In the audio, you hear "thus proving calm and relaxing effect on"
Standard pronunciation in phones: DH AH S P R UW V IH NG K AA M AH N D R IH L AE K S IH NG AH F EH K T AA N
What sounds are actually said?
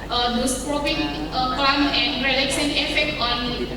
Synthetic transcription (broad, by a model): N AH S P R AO P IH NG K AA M AH N D R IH L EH K S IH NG AH F EH K T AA N